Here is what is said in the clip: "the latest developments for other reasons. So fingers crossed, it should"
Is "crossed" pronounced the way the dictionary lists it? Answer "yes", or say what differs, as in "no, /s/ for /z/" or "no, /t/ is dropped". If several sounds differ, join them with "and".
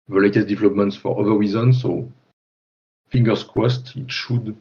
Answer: no, /w/ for /ɹ/